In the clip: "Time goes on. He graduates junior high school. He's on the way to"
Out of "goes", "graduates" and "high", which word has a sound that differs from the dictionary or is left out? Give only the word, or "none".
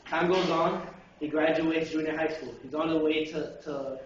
none